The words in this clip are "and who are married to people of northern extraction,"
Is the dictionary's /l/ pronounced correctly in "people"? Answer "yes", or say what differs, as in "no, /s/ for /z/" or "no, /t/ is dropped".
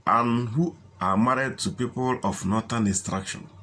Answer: yes